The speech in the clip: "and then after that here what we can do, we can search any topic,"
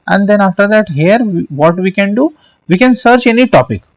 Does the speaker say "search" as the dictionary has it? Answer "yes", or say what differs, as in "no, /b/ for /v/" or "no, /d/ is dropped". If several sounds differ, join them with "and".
yes